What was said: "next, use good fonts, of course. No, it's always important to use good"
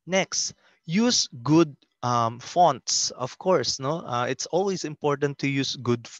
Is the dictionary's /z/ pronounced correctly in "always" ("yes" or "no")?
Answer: no